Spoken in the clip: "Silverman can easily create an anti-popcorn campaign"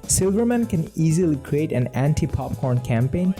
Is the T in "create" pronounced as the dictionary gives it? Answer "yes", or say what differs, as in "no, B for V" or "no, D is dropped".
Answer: yes